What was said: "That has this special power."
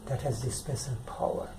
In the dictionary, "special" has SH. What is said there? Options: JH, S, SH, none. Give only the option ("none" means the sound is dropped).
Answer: S